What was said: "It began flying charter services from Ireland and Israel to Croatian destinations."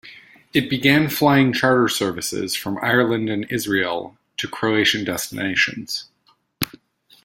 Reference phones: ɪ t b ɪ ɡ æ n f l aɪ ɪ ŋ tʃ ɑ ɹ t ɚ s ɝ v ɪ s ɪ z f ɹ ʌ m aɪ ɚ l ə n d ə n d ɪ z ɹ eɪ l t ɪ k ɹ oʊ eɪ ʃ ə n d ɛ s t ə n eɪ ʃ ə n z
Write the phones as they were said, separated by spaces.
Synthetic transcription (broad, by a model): ɪ t b ɪ ɡ æ n f l aɪ ɪ ŋ tʃ ɑ ɹ t ɚ s ɝ v ɪ s ɪ z f ɹ ʌ m aɪ ɚ l ə n d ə n ɪ z ɹ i l t ɪ k ɹ oʊ eɪ ʃ ə n d ɛ s t ə n eɪ ʃ ə n z